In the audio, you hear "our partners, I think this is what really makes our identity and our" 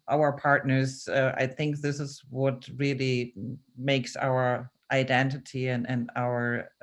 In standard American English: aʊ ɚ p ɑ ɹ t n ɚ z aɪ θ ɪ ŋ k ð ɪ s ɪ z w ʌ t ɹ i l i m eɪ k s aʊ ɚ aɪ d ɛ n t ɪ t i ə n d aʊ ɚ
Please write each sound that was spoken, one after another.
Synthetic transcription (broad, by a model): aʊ ɚ p ɑ ɹ t n ɚ z aɪ θ ɪ ŋ k ð ɪ s ɪ z w ʌ t ɹ i l i m eɪ k s aʊ ɚ aɪ d ɛ n t ɪ t i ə n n aʊ ɚ